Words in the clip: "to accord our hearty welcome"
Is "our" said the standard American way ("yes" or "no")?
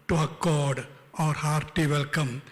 yes